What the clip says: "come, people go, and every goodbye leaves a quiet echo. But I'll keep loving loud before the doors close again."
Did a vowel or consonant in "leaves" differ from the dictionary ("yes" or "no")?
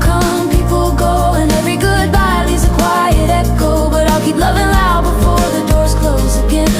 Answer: yes